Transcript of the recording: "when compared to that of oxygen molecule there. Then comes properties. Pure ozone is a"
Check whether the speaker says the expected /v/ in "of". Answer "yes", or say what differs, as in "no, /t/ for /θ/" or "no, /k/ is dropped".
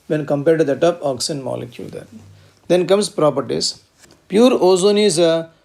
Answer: no, /p/ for /v/